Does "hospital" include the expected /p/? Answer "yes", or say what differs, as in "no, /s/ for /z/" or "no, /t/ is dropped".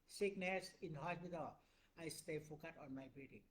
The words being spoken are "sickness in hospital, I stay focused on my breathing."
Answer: no, /b/ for /p/